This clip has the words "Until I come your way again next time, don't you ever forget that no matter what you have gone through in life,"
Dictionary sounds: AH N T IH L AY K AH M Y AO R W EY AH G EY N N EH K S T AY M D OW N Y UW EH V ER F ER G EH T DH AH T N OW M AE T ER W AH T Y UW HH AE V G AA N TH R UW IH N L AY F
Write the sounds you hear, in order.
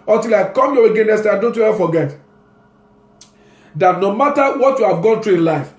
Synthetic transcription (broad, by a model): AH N T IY L AY K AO M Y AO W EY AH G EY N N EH S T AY D OW N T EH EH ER F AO G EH T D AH T N OW M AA T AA W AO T Y UW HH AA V G AA N T R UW IH N L AY F